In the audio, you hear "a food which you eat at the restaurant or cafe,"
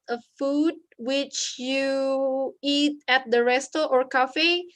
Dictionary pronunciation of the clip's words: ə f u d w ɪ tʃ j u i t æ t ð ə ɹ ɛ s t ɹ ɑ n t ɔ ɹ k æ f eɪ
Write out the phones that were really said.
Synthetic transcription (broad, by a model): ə f u d w ɪ tʃ j u i t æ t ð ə ɹ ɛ s t ɑ t ɔ ɹ k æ f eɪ